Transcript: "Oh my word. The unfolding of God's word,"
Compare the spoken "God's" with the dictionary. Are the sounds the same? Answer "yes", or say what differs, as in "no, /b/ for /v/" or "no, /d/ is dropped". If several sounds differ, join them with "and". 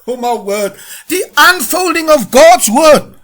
yes